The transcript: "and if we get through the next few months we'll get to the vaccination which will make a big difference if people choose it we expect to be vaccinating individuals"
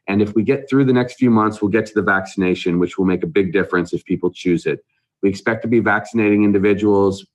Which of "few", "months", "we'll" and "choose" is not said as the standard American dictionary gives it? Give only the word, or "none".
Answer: none